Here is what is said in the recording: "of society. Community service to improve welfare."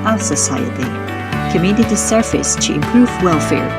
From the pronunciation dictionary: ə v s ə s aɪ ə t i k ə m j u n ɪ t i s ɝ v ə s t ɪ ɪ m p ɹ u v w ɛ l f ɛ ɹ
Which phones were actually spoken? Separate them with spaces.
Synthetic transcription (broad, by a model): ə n s ə s aɪ ə t i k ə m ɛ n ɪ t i s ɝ f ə s t ɪ ɪ m p ɹ u v w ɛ l f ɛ ɹ